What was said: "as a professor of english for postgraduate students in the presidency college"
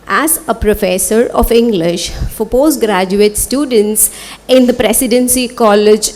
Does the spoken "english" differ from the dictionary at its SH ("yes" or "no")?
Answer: no